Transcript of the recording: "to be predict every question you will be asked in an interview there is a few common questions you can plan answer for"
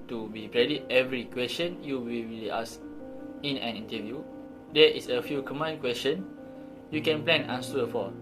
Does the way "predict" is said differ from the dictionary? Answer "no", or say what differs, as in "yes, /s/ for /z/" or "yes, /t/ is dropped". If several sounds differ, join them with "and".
yes, /k/ is dropped